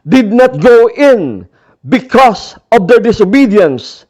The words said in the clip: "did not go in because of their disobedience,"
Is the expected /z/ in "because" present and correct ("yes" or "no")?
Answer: no